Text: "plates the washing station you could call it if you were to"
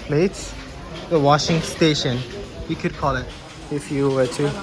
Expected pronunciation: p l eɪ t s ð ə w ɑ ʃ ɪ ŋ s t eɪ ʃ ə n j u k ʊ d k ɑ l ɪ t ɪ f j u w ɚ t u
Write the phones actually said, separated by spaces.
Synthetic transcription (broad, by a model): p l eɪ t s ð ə w ɑ ʃ ɪ ŋ s t eɪ ʃ ə n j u k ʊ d k ɑ l ɪ t ɪ f j u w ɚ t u